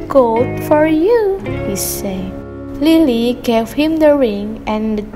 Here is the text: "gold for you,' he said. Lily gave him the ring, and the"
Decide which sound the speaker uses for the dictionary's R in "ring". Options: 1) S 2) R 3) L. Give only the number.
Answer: 2